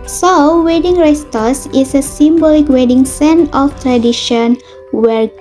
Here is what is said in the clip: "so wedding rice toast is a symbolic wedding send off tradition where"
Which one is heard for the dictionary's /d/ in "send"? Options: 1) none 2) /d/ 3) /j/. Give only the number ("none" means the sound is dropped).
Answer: 1